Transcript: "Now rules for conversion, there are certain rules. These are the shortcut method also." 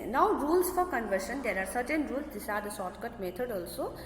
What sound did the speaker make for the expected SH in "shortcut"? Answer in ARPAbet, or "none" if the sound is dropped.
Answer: S